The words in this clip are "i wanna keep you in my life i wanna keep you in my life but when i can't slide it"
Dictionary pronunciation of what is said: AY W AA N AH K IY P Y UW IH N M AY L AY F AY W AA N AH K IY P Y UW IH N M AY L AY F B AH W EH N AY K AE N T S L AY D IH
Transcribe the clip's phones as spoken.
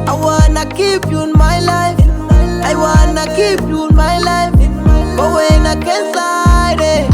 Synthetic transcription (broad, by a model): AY W AA N AH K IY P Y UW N M AY L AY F AY W AA N AH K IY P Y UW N M AY L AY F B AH W EH N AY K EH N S AY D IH